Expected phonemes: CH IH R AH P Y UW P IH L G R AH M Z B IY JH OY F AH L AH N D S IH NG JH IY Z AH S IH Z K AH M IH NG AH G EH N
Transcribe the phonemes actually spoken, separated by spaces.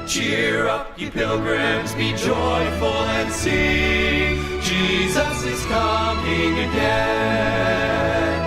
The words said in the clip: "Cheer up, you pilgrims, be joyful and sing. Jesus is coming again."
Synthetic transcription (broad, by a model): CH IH R AH P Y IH P IH L G R AH M Z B IY JH OY F AH L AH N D S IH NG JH IY Z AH S IH Z K AH M IH NG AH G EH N